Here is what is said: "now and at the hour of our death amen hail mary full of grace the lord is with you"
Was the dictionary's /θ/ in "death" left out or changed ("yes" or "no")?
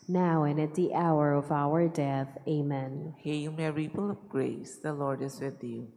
no